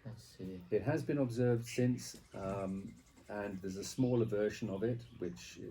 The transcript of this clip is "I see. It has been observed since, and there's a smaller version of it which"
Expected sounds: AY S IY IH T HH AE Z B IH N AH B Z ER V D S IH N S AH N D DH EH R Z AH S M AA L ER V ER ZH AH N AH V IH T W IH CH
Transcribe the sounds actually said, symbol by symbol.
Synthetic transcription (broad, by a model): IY IH T HH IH Z B IH N AH B Z ER V D S IH N S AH N DH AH R Z AH S M AA L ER V ER SH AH N AH V IH T W IH CH